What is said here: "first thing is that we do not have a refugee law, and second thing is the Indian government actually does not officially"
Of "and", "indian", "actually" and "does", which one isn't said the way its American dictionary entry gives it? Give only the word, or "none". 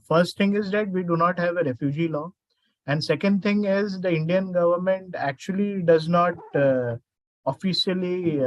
none